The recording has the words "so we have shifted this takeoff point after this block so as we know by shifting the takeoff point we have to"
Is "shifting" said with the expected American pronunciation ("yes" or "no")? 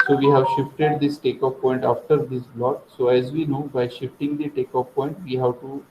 yes